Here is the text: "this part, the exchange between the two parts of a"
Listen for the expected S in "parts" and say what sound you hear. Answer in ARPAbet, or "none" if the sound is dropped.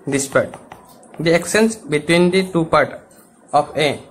none